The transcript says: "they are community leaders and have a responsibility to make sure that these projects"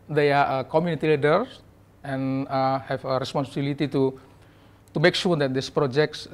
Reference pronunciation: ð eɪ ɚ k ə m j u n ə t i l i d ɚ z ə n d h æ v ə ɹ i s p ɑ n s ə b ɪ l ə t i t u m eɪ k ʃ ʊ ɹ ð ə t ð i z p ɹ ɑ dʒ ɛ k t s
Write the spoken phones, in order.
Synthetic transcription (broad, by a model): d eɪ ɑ k ə m j u n ə t i l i d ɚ s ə n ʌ h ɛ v ə ɹ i s p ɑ n s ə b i l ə t i t u m eɪ k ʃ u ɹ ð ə t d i s p ɹ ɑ dʒ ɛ k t s